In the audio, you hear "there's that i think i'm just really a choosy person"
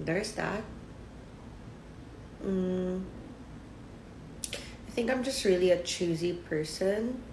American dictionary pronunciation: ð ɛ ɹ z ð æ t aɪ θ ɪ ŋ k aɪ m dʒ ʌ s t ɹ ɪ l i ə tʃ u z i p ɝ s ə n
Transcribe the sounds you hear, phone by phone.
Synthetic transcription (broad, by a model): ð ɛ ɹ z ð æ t aɪ θ ɪ ŋ k aɪ m dʒ ʌ s t ɹ ɪ l i ə tʃ u z i p ɝ s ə n